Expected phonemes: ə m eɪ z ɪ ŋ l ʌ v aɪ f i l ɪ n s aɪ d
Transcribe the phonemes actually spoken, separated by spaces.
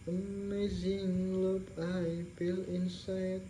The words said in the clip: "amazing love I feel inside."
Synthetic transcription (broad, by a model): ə m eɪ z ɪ ŋ l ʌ p aɪ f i l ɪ n s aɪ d